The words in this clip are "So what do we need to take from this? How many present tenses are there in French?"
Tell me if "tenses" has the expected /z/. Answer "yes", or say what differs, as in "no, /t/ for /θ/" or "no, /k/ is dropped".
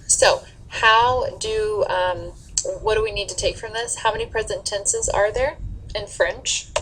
yes